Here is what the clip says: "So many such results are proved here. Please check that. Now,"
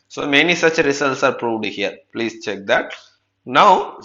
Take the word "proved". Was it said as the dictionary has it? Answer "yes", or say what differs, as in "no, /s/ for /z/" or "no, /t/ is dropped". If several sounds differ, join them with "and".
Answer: yes